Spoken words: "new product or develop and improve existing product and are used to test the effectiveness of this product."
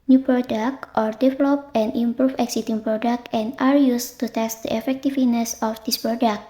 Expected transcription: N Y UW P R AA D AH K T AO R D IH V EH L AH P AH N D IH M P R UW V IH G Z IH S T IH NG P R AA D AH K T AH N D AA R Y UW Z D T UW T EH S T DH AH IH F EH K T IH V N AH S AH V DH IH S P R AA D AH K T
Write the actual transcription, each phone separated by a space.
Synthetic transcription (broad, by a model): N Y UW P R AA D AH K T AO R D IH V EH L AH P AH N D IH M P R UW F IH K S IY T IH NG P R AA D AH K T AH N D AA R Y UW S T UW T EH S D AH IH F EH K T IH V N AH S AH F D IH S P R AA D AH K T